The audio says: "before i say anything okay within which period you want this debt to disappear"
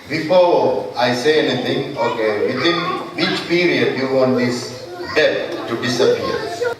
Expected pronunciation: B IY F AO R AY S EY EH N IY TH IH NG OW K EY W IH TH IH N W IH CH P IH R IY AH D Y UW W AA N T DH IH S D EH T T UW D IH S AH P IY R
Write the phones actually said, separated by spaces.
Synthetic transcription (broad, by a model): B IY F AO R AY S EY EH N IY T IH NG OW K EY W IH T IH N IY CH P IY R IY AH D Y UW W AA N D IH S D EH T T UW D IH S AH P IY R